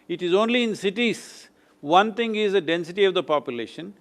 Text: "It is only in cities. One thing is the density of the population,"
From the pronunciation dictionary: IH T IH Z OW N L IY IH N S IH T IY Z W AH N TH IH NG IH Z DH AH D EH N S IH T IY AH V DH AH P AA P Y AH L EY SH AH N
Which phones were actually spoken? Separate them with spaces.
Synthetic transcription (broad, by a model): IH T IH Z OW N L IY IH N S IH T IY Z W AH N T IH NG IH Z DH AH D EH N S IH T IY AH V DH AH P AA P Y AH L EY SH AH N